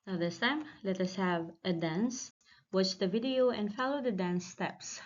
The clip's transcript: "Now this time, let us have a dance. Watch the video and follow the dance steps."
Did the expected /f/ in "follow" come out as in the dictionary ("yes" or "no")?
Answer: yes